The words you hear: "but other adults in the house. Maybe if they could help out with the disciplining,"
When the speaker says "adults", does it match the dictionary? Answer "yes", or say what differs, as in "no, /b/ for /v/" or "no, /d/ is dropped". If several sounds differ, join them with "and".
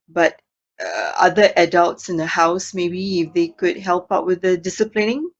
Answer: yes